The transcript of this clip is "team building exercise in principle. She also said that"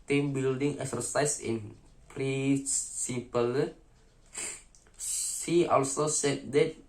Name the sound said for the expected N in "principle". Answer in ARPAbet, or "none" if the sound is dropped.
none